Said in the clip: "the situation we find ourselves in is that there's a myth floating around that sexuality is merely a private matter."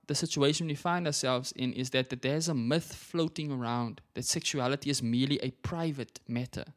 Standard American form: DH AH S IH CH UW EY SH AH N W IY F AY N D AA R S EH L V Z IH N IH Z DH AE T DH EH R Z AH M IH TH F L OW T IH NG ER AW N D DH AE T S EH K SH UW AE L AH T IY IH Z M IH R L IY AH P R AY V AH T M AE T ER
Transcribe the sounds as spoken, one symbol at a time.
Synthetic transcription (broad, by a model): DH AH S IH CH UW EY SH AH N W IY F AY N D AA S EH L V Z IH N IH Z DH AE T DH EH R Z AH M IH TH F L OW T IH NG ER AW N D DH AE T S EH K SH UW AE L AH T IY IH Z M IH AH L IY AH P R AY V AH T M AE T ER